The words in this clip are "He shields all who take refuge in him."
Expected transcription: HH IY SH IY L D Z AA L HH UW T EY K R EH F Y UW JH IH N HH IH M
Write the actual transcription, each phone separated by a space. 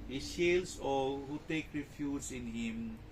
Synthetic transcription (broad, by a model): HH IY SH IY L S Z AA HH UW T EY K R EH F Y UW Z IH N HH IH M